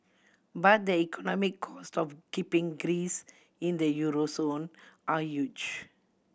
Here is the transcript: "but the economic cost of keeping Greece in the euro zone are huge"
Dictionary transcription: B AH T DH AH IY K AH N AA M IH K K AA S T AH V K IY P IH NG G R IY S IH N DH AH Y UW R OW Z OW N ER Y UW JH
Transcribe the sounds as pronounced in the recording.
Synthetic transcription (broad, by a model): B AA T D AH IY K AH N AA M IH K K AA S T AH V K IY P IH NG G R IY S IH N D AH Y UW R OW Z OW N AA Y UW JH